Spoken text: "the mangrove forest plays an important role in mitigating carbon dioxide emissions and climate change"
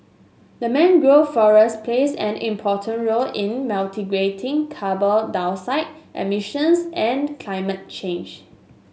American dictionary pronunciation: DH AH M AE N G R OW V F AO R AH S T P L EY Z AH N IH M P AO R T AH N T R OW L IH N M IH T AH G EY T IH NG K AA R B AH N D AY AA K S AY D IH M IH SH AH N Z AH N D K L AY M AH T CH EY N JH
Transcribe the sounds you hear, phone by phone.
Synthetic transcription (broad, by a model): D AH M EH N G R OW F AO R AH S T P L EY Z AH N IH M P AO T AH N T R OW L IH N M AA T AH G EY T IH NG K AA B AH L D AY AA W S AY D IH M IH SH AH N S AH N K L AY M AH T CH EY N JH